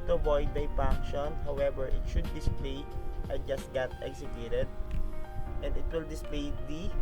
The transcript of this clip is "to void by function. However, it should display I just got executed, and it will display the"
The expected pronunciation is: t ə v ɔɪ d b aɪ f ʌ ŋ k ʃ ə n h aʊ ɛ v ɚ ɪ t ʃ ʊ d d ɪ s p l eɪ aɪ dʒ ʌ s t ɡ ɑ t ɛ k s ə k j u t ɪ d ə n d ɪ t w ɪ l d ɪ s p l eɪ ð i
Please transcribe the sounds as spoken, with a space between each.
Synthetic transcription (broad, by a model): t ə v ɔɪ d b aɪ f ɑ k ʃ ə n h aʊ ɛ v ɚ ɪ t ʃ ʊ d d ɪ s p l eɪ aɪ dʒ ʌ s t ɡ ɑ t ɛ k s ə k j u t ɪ d ə n d ɪ t w ɪ l d ɪ s p l eɪ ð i